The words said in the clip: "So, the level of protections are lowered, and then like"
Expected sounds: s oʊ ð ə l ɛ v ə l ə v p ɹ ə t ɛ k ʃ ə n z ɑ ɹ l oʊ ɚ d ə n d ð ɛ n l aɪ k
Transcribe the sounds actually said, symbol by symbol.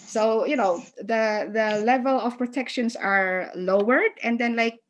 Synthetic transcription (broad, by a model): s oʊ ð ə l ɛ v ə l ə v p ɹ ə t ɛ k ʃ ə n s ɑ ɹ l oʊ ɚ d ə n d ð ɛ n l aɪ k